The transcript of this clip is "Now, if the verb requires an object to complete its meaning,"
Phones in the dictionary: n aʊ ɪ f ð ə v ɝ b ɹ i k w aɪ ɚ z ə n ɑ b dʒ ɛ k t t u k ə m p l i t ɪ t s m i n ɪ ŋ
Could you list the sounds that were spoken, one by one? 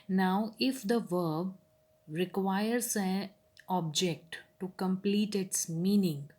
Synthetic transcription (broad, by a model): n aʊ ɪ f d ə v ɝ b ɹ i k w aɪ ɚ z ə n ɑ b dʒ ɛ k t t u k ə m p l i t ɪ t s m i n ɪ ŋ